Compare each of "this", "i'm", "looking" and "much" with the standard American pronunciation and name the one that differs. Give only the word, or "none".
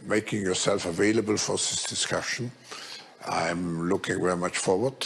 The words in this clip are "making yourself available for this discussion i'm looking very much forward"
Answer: none